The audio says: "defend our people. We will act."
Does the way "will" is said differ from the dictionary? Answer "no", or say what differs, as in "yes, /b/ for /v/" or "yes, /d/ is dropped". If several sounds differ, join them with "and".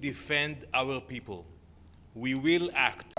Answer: no